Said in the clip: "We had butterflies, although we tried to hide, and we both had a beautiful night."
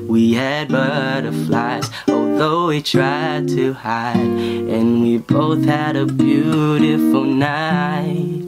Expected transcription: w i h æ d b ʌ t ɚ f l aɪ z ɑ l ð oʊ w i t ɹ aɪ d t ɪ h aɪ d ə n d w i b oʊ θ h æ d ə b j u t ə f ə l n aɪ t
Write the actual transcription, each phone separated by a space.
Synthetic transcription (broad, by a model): w i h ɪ d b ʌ t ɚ f l aɪ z ɑ l ð oʊ w i t ɹ aɪ d t ɪ h aɪ d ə n w i b oʊ θ h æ d ə b j u t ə f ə l n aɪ t